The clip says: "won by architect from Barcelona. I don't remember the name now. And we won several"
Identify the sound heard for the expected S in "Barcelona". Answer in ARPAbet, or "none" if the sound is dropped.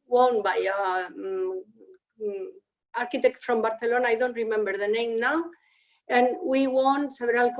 TH